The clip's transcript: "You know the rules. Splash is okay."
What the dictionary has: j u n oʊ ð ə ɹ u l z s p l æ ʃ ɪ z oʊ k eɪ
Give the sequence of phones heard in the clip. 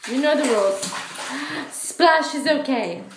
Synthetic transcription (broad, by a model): j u n oʊ ð ə w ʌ l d s p l æ ʃ ɪ z oʊ k eɪ